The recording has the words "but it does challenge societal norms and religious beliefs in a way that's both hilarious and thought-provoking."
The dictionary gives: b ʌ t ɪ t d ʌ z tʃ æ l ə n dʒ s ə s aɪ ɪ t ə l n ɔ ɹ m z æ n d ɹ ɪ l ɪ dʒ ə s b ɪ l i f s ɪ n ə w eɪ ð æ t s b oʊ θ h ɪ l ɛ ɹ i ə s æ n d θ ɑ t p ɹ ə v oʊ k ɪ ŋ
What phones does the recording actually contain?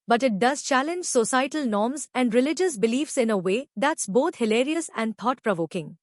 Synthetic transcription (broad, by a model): b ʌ t ɪ t d ʌ z tʃ æ l ə n dʒ s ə s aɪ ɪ t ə l n ɔ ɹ m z æ n d ɹ ɪ l ɪ dʒ ə s b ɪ l i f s ɪ n ə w eɪ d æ t s b oʊ t h ɪ l ɛ ɹ i ə s æ n d t ɑ t p ɹ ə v oʊ k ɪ ŋ